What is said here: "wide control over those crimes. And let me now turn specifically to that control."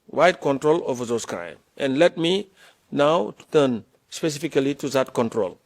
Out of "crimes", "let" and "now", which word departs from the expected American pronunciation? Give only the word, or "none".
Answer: crimes